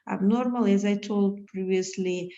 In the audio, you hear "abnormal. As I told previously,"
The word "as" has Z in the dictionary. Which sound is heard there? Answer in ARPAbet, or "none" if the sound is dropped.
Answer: Z